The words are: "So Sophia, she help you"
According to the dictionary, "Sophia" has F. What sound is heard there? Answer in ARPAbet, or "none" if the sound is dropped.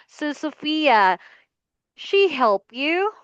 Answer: F